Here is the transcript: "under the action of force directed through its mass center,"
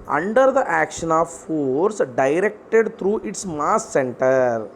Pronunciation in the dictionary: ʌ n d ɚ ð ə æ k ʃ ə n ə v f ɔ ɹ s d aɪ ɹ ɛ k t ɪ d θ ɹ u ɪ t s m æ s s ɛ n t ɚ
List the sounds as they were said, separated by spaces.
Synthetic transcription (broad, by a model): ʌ n d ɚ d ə æ k ʃ ə n ə v f ɔ ɹ s d aɪ ɹ ɛ k t ɪ d t ɹ u ɪ t s m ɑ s s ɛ n t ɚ